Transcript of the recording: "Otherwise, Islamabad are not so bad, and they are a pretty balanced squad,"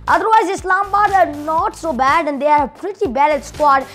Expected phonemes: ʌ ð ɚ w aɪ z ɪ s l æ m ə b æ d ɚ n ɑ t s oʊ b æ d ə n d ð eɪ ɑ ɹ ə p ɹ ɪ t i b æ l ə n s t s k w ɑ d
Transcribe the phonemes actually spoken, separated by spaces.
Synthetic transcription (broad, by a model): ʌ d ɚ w aɪ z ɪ s l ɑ m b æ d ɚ n ɑ t s oʊ b æ d ə n d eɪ ɑ ɹ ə p ɹ ɪ t i b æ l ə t s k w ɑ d